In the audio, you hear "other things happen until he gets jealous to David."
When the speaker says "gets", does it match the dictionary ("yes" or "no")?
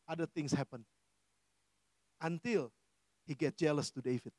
no